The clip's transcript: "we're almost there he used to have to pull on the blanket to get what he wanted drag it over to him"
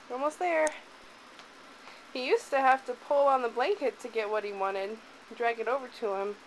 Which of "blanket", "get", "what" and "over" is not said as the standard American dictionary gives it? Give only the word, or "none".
none